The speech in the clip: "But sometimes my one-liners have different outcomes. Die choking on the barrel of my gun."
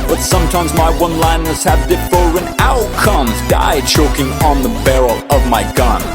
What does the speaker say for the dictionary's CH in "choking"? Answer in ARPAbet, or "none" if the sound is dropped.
CH